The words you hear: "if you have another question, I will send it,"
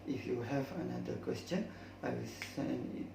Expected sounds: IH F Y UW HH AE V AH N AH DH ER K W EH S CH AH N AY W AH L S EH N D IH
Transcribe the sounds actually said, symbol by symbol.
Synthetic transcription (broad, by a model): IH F Y UW HH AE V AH N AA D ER K W EH S CH AH N AY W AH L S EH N IH